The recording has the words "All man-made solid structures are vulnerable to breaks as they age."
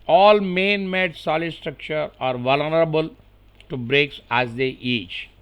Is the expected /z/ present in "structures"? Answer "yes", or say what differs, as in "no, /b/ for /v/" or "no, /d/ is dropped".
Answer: no, /z/ is dropped